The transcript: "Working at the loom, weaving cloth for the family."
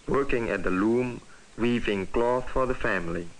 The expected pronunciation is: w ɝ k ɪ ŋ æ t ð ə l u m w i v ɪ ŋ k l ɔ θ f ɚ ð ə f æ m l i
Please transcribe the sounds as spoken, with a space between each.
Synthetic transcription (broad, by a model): w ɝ k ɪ ŋ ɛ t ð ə l u m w i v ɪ ŋ k l ɔ θ f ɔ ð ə f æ m l i